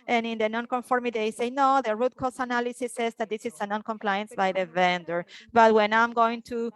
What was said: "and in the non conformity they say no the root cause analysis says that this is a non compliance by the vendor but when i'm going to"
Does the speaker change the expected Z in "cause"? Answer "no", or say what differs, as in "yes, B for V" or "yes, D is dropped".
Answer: yes, S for Z